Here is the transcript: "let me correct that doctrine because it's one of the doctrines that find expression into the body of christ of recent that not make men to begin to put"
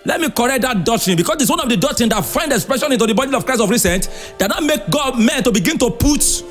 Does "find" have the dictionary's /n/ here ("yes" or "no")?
yes